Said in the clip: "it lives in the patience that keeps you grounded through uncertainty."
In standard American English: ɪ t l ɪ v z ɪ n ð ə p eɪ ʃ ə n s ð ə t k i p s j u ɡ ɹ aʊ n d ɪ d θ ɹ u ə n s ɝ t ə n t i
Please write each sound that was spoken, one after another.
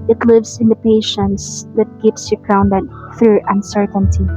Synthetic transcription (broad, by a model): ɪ t l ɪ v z ɪ n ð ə p eɪ ʃ ə n s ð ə t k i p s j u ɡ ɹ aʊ n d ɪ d θ ɹ u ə n s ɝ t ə n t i